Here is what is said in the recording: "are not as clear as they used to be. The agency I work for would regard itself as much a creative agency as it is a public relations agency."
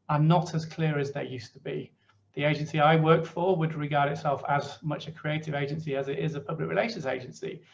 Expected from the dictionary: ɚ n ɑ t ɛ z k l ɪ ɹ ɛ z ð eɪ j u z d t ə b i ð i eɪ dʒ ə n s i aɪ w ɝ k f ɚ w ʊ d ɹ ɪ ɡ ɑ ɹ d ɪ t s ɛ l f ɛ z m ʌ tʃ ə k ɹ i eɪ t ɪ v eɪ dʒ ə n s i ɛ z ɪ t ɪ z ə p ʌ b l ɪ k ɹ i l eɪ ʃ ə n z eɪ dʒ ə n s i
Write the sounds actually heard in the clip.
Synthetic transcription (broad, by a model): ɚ n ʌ t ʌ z k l ɪ ɹ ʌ z ð eɪ j u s t ə b i ð i eɪ dʒ ə n s i aɪ w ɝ k f ɚ w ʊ d ɹ ɪ ɡ ɑ ɹ d ɪ t s ɛ l f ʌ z m ʌ tʃ ə k ɹ i eɪ t ɪ v eɪ dʒ ə n s i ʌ z ɪ t ɪ z ə p ʌ b l ɪ k ɹ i l eɪ ʃ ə n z eɪ dʒ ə n s i